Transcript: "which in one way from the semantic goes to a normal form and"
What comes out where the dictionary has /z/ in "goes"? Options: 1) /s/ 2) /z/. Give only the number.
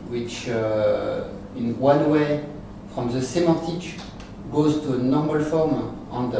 2